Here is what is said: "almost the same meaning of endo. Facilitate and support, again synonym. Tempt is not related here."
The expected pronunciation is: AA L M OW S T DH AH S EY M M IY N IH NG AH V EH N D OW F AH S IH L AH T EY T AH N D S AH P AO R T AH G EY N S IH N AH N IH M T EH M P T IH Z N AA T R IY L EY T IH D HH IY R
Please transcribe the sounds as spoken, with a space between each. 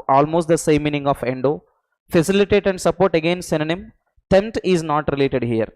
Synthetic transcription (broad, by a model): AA L M OW S T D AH S EY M M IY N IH NG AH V EH N D OW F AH S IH L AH T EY T AH N D S AH P AO R T AH G EY N S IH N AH N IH M T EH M T IH Z N AA T R IY L EY T IH D HH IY R